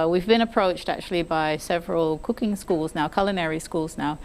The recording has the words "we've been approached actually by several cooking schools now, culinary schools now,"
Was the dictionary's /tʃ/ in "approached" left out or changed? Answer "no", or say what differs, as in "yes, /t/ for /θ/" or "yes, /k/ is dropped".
no